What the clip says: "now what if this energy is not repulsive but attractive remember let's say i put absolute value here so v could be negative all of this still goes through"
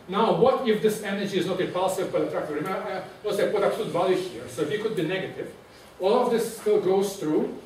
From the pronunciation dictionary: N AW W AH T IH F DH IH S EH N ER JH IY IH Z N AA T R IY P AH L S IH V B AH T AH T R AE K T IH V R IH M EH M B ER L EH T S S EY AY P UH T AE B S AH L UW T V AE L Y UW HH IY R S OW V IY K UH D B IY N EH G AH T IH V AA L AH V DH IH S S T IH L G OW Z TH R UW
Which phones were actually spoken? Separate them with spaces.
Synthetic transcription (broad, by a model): N AW W AH T IH F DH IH S EH N ER JH IY IH Z N AA T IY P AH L S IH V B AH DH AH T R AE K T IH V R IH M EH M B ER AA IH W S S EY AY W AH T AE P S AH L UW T V AE L Y UW HH IY R S OW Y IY K UH D B IY N EH G AH T IH V AA L AH V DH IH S S T IH L G OW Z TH R UW